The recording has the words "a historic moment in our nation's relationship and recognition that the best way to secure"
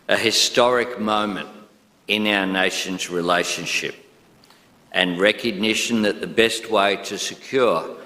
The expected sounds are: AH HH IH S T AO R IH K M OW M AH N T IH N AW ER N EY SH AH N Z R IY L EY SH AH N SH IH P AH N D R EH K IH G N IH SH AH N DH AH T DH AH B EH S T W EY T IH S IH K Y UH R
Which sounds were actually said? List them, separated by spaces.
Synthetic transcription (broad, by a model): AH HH IH S T AO R IH K M OW M AH N T IH N AW ER N EY SH AH N Z R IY L EY SH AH N SH IH P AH N R EH K IH G N IH SH AH N DH AH T DH AH B EH S T W EY T IH S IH K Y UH R